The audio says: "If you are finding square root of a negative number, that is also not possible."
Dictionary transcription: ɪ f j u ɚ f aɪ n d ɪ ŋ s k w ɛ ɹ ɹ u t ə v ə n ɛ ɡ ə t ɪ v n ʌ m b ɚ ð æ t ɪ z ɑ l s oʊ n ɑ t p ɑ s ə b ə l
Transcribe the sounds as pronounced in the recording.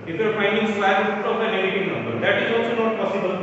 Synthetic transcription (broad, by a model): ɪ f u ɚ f aɪ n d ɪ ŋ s w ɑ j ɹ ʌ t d ə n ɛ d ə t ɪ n n ʌ m b ɚ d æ t ɪ z ɑ l s oʊ n ɑ t p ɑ s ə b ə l